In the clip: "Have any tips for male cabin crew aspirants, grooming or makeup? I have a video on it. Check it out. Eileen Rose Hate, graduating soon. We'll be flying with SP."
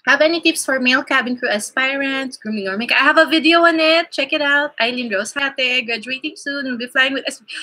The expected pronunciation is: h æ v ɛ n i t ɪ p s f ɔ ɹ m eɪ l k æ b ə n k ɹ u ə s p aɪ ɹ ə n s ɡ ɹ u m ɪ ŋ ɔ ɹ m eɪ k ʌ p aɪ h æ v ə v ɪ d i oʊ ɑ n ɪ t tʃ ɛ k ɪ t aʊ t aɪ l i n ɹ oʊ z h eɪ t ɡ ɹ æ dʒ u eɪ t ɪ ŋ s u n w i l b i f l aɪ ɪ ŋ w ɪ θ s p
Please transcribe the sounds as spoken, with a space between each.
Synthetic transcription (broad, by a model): h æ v ɛ n i t ɪ p s f ɔ ɹ m eɪ l k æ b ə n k ɹ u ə s p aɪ ɹ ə n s ɡ ɹ u m ɪ ŋ ɔ ɹ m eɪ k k aɪ h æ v ə v ɪ d i oʊ ɑ n ɪ t tʃ ɛ k ɪ t aʊ t aɪ l i n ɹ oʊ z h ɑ t ɡ ɹ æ dʒ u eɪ t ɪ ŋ s u n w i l b i f l aɪ ɪ ŋ w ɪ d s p